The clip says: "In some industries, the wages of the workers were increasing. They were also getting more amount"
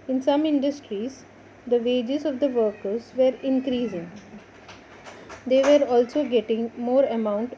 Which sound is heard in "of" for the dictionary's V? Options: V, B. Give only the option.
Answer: V